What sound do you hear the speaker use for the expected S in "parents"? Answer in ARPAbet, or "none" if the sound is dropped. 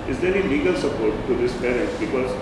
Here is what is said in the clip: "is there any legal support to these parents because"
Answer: none